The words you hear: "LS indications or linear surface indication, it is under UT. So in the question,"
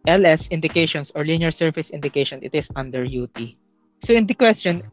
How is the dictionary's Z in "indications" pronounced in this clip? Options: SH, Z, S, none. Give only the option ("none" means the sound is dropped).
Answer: S